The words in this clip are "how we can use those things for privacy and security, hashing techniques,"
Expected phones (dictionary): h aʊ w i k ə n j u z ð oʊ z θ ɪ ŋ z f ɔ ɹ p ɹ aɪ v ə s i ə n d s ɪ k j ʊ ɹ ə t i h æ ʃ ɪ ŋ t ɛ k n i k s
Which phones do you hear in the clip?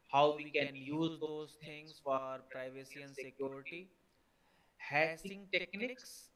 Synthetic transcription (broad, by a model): h aʊ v i k ə n j u z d oʊ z t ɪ ŋ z f ɔ ɹ p ɹ aɪ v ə s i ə n s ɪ k j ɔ ɹ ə t i h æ s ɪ ŋ t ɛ k n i k s